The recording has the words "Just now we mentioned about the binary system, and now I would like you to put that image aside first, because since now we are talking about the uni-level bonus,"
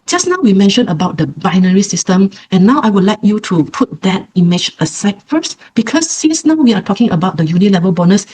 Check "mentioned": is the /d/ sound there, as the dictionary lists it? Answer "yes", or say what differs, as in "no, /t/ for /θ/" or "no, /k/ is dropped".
no, /d/ is dropped